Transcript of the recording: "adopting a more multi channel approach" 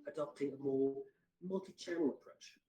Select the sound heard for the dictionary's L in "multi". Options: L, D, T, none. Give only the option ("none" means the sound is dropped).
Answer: L